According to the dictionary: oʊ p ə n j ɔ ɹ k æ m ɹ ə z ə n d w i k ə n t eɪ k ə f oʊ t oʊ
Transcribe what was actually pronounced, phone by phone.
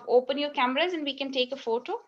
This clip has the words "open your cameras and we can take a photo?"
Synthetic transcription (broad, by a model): oʊ p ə n j ɔ ɹ k æ m ɹ ə z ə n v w i k ə n t eɪ k ə f oʊ t oʊ